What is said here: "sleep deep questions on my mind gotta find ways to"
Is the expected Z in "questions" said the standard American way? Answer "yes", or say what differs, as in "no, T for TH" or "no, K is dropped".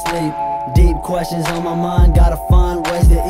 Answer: yes